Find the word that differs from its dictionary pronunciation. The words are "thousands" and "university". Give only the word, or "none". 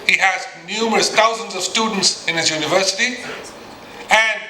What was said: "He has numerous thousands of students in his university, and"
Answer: thousands